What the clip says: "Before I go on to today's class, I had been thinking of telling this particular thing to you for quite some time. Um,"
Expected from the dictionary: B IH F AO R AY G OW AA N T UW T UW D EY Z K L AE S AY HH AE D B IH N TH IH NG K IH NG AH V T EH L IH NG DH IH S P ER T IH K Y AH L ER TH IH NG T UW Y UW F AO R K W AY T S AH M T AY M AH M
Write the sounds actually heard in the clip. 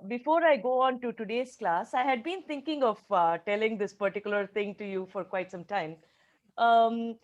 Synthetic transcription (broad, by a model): B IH F AO R AY G OW AA N T UW T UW D EY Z K L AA S AY HH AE D B IH N T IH NG K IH NG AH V T EH L IH NG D IH S P ER T IH K Y AH L ER T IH NG T UW Y UW F AO R K W AY T S AH M T AY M M